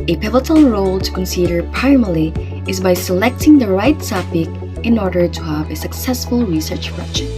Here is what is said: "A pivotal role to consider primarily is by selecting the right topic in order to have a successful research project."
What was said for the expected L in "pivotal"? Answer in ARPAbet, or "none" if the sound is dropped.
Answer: N